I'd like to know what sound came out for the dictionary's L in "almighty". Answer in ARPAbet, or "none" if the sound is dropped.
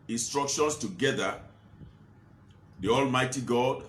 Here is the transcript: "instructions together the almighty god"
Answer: L